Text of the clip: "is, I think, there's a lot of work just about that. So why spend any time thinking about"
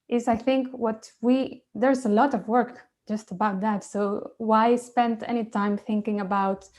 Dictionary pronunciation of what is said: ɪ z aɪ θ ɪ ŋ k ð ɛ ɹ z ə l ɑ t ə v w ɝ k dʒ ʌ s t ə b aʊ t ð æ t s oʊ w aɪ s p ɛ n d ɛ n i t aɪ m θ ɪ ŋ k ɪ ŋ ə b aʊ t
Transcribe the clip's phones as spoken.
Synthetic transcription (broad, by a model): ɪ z aɪ θ ɪ ŋ k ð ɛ ɹ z ə l ɑ t ə v w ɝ k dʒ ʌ s t ə b aʊ t ð æ t s oʊ w aɪ s p ɛ n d ɛ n i t aɪ m θ ɪ ŋ k ɪ ŋ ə b aʊ t